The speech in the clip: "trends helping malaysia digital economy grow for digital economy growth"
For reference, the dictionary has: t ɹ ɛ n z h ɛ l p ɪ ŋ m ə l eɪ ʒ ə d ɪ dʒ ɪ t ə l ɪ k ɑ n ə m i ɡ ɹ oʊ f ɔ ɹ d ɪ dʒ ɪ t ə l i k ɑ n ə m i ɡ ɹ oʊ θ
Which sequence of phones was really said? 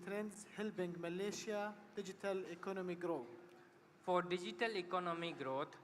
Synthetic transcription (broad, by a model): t ɹ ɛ n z h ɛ l b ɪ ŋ m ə l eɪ ʃ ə d ɪ dʒ ɪ t ə l ɪ k ɑ n ə m i ɡ ɹ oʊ f ɔ ɹ d ɪ dʒ ɪ t ə l i k ɑ n ə m i ɡ ɹ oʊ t